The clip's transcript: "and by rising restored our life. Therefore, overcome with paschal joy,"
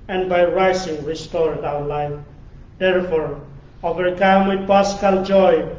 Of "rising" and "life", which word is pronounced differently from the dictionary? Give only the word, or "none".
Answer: rising